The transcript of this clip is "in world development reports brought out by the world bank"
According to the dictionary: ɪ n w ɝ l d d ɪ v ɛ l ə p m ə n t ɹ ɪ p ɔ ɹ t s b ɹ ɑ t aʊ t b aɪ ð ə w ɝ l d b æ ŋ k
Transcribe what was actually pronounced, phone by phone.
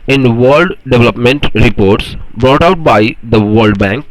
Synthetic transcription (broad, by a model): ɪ n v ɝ l d d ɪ v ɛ l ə p m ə n t ɹ ɪ p ɔ ɹ t s b ɹ ɑ t aʊ t b aɪ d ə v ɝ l d b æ ŋ k